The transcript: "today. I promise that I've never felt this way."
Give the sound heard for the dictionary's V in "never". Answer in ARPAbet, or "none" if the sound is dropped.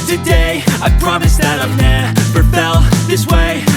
P